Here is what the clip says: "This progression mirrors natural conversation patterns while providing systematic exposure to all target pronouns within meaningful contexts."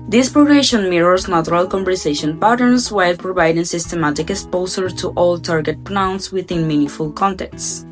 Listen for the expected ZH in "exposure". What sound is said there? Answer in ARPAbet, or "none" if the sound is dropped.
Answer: S